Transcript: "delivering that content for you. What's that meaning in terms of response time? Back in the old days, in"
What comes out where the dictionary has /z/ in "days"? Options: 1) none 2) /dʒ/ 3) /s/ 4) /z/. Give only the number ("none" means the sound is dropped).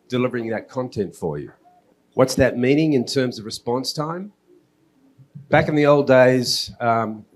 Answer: 1